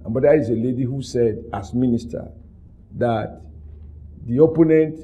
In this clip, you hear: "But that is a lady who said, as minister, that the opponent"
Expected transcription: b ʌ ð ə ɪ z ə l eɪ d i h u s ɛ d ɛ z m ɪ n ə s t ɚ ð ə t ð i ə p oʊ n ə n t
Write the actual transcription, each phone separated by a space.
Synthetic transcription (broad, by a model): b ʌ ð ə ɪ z ə l eɪ d i h u s ɛ d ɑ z m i n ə s t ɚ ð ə t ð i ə p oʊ n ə n t